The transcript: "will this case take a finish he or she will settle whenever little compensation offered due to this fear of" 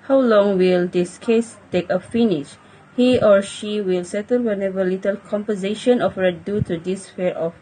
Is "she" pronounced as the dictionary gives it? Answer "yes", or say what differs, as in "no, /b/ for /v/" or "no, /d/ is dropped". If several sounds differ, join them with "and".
yes